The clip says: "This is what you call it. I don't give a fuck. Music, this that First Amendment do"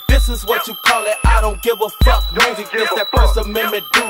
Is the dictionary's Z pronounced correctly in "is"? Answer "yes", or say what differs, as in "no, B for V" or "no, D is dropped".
yes